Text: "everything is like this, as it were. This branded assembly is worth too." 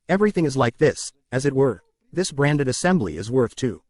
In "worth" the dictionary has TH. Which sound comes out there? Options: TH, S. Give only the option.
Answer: TH